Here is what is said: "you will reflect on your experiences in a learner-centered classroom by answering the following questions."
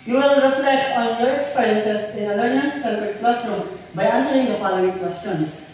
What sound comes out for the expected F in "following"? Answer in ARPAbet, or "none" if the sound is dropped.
P